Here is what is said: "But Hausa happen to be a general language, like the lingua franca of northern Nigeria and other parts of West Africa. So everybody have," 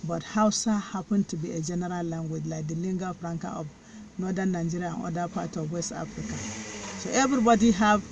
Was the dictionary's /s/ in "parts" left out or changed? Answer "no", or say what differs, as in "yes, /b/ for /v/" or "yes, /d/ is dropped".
yes, /s/ is dropped